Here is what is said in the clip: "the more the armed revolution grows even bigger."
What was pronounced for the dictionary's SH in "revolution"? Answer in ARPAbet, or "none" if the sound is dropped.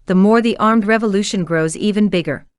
SH